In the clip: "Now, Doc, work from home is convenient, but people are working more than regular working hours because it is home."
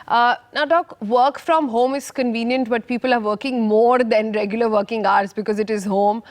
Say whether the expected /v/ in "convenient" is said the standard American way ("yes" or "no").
yes